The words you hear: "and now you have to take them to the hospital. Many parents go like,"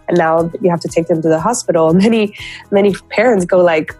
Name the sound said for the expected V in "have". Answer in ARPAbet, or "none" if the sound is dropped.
F